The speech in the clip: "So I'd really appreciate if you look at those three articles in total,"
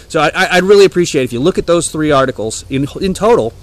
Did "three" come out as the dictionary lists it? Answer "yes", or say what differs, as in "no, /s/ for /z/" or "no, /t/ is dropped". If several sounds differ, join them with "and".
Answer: yes